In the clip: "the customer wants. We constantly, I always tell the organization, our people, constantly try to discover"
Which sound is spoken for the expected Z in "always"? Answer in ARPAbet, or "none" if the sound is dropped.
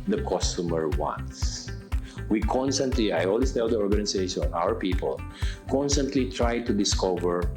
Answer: S